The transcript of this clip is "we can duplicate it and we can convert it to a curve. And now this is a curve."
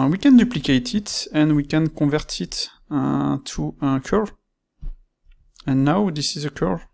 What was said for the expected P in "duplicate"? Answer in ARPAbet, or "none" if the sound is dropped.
P